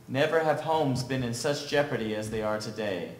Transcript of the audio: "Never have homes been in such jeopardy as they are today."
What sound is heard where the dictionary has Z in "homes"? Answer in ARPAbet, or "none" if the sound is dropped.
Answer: Z